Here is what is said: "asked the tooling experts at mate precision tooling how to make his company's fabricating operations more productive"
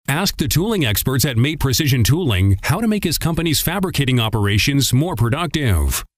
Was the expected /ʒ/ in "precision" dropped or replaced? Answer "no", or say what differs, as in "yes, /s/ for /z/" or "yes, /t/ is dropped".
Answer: no